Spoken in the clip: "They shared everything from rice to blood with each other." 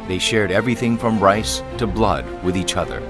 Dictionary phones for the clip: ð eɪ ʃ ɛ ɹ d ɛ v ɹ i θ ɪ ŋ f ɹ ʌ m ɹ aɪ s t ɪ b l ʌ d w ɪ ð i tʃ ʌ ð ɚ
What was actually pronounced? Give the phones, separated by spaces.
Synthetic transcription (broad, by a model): ð eɪ ʃ ɛ ɹ d ɛ v ɹ i θ ɪ ŋ f ɹ ʌ m ɹ aɪ s t ɪ b l ʌ d w ɪ ð i tʃ ʌ ð ɚ